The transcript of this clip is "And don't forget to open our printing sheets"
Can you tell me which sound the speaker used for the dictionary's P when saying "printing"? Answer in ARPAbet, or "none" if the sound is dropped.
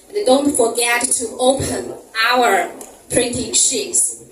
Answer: P